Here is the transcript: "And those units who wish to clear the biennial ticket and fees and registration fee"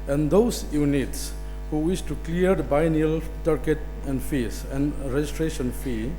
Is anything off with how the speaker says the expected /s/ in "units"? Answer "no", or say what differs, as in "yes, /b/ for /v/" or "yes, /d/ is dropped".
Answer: no